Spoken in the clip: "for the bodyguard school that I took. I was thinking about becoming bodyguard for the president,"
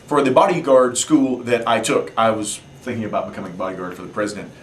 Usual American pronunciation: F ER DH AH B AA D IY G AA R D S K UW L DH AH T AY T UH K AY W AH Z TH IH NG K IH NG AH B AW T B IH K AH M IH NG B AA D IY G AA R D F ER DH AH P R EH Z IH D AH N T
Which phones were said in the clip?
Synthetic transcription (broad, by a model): F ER DH AH B AA D IY G AA R D S K UW L DH AH T AY T UH K AY W AH Z TH IH NG K IH NG AH B AW T B IH K AH M IH NG B AA D IY G AA R D F ER DH AH P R EH Z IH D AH N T